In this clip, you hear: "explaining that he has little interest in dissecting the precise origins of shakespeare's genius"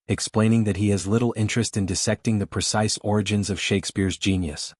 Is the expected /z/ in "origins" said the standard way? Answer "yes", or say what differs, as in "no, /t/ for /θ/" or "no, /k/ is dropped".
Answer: yes